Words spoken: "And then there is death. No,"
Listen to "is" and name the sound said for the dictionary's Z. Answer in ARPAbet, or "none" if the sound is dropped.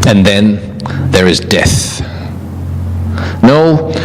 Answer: Z